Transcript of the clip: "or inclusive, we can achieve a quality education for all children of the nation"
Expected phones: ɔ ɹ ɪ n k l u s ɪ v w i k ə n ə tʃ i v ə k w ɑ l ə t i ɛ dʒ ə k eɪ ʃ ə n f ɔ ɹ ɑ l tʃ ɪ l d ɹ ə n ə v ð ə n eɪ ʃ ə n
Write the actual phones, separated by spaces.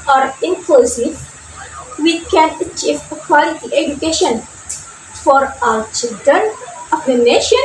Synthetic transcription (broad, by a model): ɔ ɹ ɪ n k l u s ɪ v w i k ə n ə tʃ i v ə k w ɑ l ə t i ɛ dʒ ə k eɪ ʃ ə n f ɔ ɹ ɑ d tʃ ɪ l d ɹ ə n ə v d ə n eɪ ʃ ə n